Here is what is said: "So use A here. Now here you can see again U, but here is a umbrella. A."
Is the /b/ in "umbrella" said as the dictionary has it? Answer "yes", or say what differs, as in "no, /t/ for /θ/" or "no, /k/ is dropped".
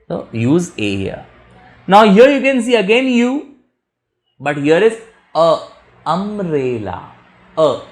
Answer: no, /b/ is dropped